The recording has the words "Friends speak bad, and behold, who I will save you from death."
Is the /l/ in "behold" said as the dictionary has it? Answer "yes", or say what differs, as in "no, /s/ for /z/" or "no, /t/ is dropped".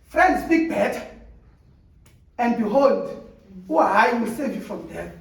yes